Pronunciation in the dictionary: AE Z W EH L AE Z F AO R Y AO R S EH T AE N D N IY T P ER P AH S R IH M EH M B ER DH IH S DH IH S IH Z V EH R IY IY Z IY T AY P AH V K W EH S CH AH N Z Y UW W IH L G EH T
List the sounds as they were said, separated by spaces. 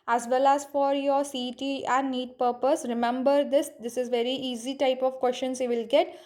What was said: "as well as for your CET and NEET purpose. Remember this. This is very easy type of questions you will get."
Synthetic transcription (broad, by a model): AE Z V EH L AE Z F AO R Y AO R S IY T AE N D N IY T P ER P AH S R IH M EH M B ER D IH S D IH S IH Z V EH R IY IY Z IY T AY P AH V K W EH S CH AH N S Y UW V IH L G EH T